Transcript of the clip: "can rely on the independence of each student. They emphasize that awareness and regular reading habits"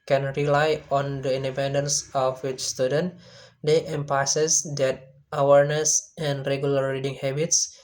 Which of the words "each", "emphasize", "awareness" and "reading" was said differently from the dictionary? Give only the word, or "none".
emphasize